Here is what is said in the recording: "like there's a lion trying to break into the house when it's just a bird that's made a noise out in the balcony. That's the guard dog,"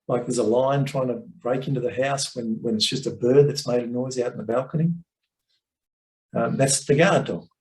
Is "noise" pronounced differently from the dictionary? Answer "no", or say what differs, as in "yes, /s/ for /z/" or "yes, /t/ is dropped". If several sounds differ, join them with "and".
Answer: no